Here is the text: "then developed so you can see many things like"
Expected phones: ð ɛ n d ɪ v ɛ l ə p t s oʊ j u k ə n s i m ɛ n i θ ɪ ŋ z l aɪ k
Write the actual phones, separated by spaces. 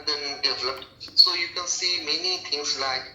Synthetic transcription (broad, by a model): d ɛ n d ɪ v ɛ l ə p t s oʊ j u k ə n s i m ɛ n i t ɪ ŋ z l aɪ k